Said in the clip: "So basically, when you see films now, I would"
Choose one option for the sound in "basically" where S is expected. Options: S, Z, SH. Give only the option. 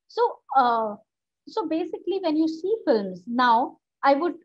S